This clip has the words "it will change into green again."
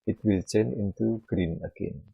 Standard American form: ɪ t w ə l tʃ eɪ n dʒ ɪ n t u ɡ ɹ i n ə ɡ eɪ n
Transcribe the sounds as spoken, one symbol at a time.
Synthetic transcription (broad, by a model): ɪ t w ə l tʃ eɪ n ɪ n t u ɡ ɹ i n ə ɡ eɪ n